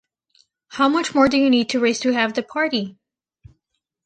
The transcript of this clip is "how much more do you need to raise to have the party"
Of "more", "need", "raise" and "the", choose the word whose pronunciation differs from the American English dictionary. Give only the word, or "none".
raise